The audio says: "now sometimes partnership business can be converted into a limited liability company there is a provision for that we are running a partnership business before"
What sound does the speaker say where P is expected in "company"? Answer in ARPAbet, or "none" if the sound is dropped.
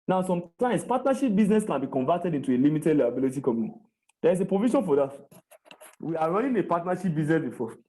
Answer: none